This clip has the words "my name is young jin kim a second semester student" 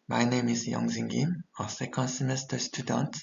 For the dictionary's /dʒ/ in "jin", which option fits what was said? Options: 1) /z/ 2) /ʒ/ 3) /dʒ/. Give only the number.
1